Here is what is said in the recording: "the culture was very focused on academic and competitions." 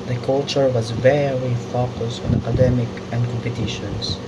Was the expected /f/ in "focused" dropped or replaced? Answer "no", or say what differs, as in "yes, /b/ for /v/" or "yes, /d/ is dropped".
no